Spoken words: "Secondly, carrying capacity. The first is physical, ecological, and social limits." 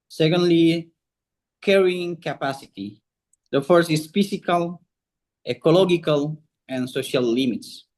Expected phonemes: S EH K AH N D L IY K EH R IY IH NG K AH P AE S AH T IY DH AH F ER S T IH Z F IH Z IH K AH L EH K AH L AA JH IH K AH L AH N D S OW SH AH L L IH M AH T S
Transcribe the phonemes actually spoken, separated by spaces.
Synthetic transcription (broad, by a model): S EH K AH N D L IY K EH R IY IH NG K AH P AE S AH T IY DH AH F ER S IH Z F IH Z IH K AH L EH K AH L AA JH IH K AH L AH N S OW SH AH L L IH M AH T S